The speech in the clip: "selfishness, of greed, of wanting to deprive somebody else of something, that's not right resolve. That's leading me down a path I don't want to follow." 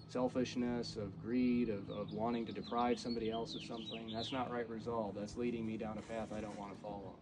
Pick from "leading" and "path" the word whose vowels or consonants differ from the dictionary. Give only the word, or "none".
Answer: none